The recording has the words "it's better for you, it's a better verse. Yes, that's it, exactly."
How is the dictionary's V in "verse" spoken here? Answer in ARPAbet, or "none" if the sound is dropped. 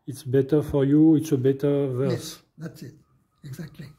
V